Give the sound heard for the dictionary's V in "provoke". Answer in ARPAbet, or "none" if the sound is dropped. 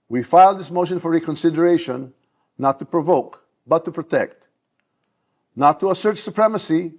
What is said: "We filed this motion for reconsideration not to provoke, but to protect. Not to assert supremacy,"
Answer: V